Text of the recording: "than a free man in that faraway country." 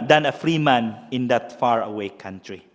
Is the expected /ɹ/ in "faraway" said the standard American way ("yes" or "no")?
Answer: yes